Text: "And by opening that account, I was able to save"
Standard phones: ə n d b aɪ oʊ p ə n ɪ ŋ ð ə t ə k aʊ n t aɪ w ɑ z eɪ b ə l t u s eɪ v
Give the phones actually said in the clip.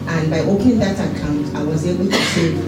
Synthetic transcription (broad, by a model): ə n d b aɪ oʊ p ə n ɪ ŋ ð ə t ə k aʊ n t aɪ w ɑ z eɪ b ə l t u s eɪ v